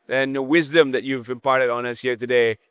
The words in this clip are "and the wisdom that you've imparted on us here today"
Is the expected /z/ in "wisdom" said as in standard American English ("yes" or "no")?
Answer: yes